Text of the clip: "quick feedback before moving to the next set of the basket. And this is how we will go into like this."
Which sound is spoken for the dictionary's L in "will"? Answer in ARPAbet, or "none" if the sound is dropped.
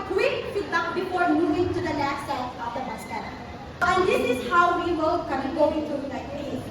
N